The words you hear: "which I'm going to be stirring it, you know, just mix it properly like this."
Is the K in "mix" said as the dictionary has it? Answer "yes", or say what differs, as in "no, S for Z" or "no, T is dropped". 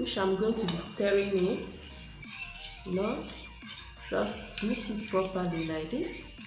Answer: no, K is dropped